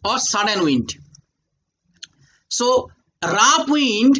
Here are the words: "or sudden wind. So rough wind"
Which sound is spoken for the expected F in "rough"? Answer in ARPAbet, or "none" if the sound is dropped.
P